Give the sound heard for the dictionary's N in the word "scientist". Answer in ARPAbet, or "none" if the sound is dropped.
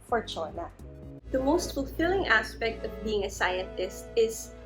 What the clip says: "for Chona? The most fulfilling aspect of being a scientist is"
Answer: none